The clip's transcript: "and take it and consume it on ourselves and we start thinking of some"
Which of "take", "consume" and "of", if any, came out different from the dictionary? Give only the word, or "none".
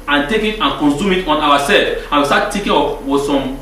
of